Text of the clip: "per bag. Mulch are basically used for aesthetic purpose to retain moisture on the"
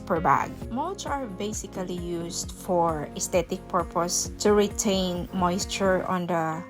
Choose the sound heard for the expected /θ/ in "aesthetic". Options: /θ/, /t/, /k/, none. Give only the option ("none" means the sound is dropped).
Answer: /t/